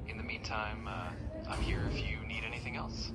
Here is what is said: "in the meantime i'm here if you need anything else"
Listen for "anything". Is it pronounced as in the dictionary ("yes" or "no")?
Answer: yes